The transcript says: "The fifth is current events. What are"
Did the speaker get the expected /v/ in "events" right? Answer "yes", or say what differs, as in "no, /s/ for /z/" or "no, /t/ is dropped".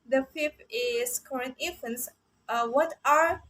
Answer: no, /f/ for /v/